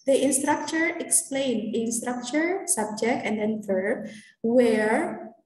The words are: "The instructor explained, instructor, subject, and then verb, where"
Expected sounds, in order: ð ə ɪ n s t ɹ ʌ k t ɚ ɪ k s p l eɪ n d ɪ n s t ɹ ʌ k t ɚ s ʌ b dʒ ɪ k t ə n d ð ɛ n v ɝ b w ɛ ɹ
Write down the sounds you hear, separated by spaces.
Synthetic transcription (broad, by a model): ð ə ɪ n s t ɹ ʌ k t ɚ ɪ k s p l eɪ n d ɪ n s t ɹ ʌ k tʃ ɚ s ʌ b dʒ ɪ k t ə n d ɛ n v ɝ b w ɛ ɹ